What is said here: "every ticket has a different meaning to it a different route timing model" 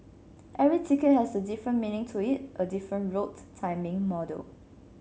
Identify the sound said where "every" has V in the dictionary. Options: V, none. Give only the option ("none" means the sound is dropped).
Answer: none